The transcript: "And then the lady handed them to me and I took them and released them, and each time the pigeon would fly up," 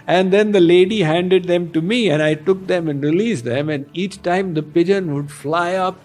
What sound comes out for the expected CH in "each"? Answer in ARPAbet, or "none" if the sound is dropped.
CH